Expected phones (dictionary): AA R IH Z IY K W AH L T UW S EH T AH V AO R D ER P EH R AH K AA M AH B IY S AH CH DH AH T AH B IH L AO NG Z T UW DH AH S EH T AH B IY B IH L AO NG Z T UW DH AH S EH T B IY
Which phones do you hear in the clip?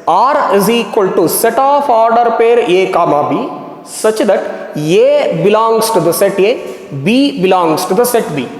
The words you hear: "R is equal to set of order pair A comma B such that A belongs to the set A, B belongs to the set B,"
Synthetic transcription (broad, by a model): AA R IH Z IY K W AH L T UW S EH T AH F AO R D ER P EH R AH K AA M AH B IY S AH CH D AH T AH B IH L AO NG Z T UW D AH S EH T AH B IY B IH L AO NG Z T UW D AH S EH T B IY